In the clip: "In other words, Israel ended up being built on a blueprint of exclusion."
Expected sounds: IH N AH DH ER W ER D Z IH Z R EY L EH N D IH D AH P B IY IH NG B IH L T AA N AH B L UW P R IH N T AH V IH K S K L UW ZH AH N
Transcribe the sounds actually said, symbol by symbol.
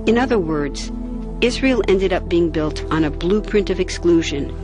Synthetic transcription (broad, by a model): IH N AH DH ER W ER D Z IH Z R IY L EH N D IH D AH P B IY IH NG B IH L T N AH B L UW P R IH N T AH V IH K S K L UW ZH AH N